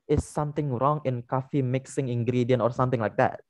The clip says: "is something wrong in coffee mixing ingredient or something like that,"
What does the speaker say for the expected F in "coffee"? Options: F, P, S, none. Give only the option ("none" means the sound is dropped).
F